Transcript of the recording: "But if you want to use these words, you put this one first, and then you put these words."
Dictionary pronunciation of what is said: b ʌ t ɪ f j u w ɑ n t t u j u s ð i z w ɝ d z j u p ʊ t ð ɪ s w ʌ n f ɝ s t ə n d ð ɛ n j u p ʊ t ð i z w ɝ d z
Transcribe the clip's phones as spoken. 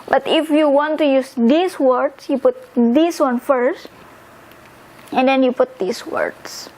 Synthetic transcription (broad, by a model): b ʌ t ɪ f j u w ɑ n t t u j u s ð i s w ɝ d s j u p ʊ t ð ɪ s w ʌ n f ɝ s t ə n d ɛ n j u p ʊ t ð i s w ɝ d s